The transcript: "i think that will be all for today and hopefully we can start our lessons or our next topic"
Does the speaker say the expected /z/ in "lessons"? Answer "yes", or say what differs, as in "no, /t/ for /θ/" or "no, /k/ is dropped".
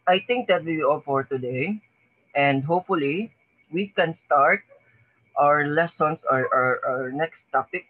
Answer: no, /s/ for /z/